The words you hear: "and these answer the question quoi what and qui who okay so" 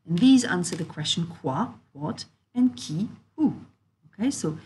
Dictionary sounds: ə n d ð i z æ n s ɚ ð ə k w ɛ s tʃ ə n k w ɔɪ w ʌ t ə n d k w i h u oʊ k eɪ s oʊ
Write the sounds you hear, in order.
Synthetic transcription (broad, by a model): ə n ð i z æ n s ɚ ð ə k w ɛ s tʃ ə n k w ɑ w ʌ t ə n k i h u oʊ k eɪ s oʊ